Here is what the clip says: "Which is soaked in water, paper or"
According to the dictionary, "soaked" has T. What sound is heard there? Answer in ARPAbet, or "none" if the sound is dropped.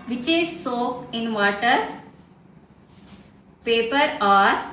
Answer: none